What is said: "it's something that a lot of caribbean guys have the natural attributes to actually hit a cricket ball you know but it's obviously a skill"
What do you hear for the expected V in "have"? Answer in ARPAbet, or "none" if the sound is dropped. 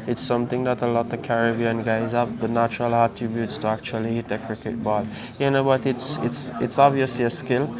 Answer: P